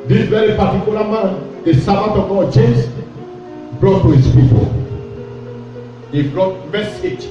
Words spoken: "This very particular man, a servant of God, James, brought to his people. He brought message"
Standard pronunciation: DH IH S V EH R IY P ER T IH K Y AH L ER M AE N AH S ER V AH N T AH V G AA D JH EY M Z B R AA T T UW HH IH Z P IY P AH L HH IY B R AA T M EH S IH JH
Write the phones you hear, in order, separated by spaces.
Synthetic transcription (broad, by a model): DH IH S V EH R IY P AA T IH K Y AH L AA M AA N AH S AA B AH T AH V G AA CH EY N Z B R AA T T UW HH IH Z P IY P AH L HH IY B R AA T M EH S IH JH